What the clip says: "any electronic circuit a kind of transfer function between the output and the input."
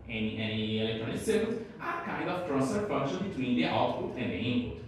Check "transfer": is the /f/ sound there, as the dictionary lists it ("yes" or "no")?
no